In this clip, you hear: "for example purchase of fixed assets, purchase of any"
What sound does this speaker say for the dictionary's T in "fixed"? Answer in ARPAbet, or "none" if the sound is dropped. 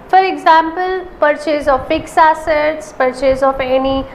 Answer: none